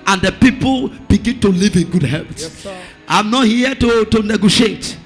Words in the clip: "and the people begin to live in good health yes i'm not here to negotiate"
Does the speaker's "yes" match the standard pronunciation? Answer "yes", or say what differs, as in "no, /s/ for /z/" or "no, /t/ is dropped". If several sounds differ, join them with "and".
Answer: no, /s/ is dropped